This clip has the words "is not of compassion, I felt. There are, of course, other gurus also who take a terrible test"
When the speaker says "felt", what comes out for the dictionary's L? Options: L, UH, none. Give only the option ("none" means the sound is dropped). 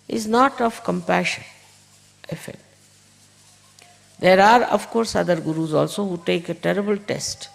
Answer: none